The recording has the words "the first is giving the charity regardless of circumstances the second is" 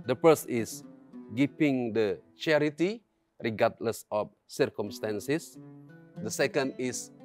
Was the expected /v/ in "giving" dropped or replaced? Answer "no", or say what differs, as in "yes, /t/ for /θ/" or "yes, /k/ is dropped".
yes, /p/ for /v/